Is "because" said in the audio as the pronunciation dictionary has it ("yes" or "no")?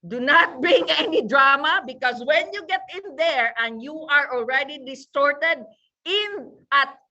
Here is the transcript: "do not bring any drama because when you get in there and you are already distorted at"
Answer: no